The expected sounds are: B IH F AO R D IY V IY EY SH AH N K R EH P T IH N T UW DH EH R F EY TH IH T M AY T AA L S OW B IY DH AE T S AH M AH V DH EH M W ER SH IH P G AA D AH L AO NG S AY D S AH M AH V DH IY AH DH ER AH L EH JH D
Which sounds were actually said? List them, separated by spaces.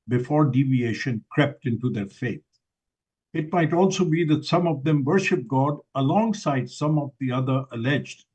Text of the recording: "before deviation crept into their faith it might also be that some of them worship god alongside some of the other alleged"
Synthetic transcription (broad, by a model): B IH F AO R D IY V IY EY SH AH N K R EH P T IH N T UW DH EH R F EY T IH T M AY T AA L S OW B IY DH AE T S AH M AH V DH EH M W ER SH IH P G AA D AH L AO NG S AY D S AH M AH V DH IY AH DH ER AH L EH JH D